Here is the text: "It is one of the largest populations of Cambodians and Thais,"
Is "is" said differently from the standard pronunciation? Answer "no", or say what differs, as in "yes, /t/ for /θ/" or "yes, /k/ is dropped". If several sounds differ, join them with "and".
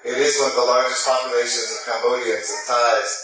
no